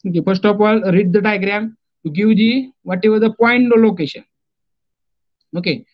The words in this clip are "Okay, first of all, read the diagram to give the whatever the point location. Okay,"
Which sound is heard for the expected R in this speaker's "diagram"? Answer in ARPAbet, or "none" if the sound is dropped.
R